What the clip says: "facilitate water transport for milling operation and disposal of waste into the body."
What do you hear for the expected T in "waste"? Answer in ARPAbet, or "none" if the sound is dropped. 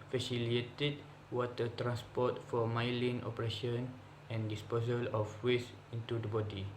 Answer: none